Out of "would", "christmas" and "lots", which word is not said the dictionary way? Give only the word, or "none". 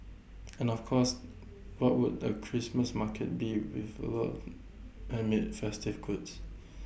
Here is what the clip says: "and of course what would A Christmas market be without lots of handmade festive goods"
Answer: lots